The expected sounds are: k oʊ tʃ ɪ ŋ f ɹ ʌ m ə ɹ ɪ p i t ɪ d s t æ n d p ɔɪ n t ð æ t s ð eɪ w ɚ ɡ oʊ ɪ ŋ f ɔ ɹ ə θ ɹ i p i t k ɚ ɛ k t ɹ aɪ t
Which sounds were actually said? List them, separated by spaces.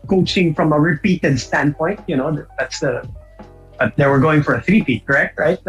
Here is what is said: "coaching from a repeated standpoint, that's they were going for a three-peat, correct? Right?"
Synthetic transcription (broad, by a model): k oʊ tʃ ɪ ŋ f ɹ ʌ m ə ɹ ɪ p i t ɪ d s t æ n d p ɔɪ n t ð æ t s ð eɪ w ɚ ɡ oʊ ɪ ŋ f ɔ ɹ ə θ ɹ i f i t k ɚ ɛ k t ɹ aɪ t